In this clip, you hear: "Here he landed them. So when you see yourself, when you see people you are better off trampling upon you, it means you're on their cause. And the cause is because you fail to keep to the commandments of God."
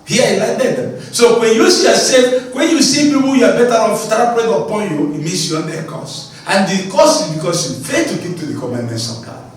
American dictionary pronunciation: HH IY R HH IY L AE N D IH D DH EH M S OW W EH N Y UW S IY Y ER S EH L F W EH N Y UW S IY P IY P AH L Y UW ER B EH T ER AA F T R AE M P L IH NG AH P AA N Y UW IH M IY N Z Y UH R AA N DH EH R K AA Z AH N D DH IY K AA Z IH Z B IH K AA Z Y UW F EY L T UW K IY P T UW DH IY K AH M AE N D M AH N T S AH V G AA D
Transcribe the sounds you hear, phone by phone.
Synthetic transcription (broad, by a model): HH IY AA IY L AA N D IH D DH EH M S OW W EH N Y UW S IY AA S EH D W EH N Y UW S IY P IY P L Y UW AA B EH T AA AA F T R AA P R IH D AH P AA N Y UW IH M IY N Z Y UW AA N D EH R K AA S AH N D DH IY K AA S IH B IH K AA S Y UW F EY T UW K IY P T UW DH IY K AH M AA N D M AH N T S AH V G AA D